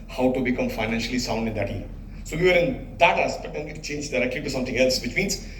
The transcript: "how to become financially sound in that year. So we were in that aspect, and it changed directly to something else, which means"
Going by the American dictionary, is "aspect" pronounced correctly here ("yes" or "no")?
no